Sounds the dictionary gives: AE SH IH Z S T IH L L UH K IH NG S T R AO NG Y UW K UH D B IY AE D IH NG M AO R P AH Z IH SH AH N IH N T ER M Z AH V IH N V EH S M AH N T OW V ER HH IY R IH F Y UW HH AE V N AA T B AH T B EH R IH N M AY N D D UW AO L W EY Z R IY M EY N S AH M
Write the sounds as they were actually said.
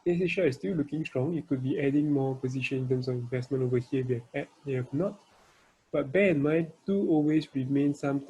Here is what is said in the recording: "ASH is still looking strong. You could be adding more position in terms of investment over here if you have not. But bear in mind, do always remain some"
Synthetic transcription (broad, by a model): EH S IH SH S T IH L L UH K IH NG S T R AO NG Y UW K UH D B IY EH D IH NG M AO P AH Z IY SH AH N IH N T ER M S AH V IH N V EH S M AH N T OW V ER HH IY W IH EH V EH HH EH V N AA T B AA T B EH IH N M AY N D D UW AO L W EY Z R IY M EY N S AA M